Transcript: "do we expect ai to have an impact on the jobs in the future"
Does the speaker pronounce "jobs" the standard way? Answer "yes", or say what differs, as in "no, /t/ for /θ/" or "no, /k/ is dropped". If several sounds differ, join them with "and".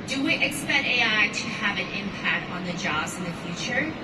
yes